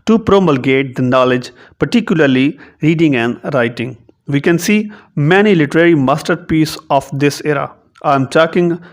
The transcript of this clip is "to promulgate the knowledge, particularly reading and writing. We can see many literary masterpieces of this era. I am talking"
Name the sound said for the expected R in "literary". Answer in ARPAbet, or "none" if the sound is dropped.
R